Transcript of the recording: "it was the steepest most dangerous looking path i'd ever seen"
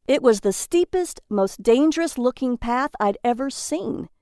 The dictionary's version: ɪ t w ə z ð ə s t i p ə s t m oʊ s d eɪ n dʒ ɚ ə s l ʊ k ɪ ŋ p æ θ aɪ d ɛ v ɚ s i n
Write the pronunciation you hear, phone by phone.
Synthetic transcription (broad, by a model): ɪ t w ə z ð ə s t i p ə s t m oʊ s d eɪ n dʒ ɚ ə s l ʊ k ɪ ŋ p æ θ aɪ d ɛ v ɚ s i n